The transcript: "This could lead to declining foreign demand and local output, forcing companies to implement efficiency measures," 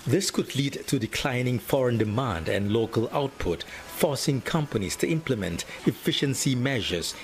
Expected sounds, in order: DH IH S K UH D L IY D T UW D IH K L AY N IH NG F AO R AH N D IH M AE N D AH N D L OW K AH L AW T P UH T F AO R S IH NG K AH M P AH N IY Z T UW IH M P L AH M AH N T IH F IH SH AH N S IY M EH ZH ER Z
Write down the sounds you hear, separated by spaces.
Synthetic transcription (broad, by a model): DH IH S K UH D L IY D T UW D IH K L AY N IH NG F AO R AH N D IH M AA N D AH N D L OW K AH L AW T P UH T F AO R S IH NG K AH M P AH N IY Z T UW IH M P L AH M AH N T IH F IH SH AH N S IY M EH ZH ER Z